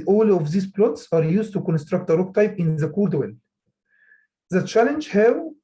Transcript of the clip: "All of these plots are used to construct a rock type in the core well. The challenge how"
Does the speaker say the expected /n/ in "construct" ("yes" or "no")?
yes